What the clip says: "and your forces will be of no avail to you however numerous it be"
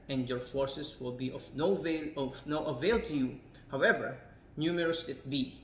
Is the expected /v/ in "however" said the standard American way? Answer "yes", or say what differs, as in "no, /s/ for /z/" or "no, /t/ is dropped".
yes